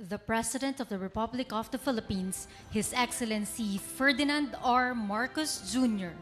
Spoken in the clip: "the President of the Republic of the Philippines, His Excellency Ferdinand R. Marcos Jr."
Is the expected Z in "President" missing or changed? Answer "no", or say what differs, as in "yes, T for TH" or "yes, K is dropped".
yes, S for Z